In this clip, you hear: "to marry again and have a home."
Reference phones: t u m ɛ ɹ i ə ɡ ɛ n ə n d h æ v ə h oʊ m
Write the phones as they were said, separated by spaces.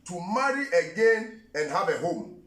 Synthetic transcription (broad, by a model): t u m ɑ ɹ i ə ɡ ɛ n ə n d h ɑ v ə h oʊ m